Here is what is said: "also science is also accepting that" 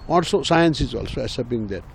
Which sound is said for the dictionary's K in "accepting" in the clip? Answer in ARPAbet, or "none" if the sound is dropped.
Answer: none